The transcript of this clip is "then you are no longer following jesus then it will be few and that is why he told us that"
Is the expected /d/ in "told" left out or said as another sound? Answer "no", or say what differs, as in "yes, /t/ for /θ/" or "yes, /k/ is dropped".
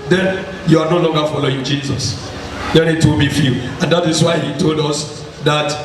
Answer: no